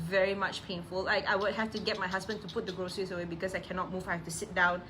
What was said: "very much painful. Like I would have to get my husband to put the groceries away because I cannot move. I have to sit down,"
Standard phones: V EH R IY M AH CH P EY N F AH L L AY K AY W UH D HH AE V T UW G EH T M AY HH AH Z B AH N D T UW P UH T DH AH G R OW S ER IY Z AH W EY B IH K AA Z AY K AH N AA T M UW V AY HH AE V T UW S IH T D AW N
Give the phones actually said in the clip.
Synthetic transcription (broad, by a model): V EH R IY M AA CH P EY N F AH L L AY K AY W UH D HH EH F T UW G EH T M AY HH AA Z B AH N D T UW P UH T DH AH G R OW S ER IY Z AH W EY B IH K AA S AY K AH N AA T M UW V AY HH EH F T UW S IH T D AW N